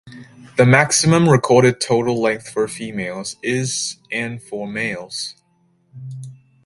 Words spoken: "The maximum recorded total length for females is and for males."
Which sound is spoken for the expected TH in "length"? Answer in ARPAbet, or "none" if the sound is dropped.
TH